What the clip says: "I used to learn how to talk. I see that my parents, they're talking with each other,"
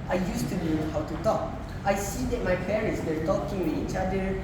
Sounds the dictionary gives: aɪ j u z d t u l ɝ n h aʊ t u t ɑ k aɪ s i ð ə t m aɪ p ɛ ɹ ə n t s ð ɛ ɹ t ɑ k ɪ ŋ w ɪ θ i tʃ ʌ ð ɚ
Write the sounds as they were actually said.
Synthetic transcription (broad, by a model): aɪ j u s t u n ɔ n h aʊ t u t ɑ k aɪ s i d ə t m aɪ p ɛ ɹ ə n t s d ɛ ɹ t ɑ k ɪ ŋ w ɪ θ i tʃ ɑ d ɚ